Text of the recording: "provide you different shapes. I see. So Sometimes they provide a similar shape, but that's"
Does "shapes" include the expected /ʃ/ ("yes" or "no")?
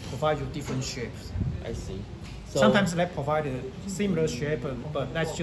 yes